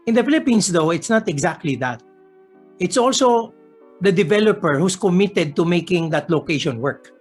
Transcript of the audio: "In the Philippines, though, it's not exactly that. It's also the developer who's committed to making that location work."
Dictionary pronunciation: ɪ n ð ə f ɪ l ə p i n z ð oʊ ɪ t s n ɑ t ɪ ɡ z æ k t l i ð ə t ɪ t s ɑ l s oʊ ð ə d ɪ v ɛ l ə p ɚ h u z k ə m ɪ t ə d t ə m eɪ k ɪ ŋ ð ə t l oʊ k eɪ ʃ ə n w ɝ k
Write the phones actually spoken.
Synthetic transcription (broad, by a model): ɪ n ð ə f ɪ l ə p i n s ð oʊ ɪ t s n ɑ t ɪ ɡ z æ k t l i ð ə t ɪ t s ɑ l s oʊ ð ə d ɪ v ɛ l ə p ɚ h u s k ə m ɪ t ə d t ə m eɪ k ɪ ŋ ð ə t l oʊ k eɪ ʃ ə n w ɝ k